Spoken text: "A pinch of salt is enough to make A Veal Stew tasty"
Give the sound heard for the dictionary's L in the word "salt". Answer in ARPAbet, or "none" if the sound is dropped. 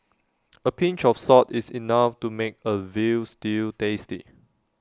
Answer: none